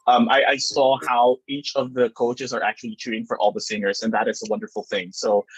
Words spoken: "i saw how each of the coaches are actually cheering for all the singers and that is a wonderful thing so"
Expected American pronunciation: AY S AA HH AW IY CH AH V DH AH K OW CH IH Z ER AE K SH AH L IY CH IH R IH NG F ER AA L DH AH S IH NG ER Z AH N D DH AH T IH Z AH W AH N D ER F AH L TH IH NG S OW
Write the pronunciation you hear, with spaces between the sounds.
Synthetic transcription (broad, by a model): AY S AA HH AW IY CH AH V DH AH K OW CH IH Z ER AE K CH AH L IY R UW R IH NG F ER AA L DH AH S IH NG ER Z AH N DH AH T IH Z AH W AH N D ER F L TH IH NG S OW